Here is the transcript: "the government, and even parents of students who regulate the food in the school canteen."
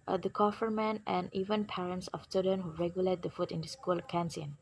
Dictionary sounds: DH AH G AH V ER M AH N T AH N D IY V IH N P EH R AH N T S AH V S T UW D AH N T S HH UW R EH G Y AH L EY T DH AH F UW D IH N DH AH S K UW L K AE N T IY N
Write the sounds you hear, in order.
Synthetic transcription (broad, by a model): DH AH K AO F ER M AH N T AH N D IY V IH N P EH R AH N T S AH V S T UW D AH N HH UW R EH G Y AH L EY T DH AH F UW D IH N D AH S K UW L K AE N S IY N